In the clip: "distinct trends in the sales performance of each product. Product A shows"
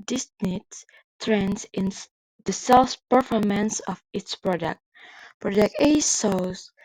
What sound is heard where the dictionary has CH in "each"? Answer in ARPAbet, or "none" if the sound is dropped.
S